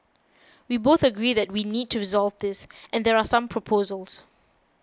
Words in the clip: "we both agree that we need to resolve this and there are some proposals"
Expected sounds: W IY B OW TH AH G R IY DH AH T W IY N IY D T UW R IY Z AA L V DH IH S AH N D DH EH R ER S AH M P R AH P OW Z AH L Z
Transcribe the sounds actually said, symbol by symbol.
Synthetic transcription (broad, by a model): W IY B OW TH AH G R IY DH AH T W IY N IY D T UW R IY Z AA L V DH IH S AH N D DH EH R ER S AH M P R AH P OW Z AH L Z